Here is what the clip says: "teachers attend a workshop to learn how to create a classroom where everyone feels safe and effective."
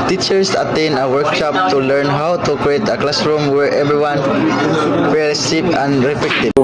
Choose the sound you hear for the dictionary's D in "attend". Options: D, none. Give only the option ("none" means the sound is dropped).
none